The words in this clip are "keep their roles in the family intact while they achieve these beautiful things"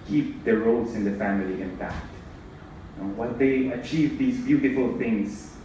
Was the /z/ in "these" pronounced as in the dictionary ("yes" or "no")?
yes